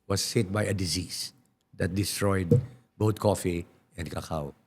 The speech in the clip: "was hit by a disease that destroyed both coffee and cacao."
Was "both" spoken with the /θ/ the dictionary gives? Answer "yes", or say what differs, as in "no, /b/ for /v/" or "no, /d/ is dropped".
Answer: no, /t/ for /θ/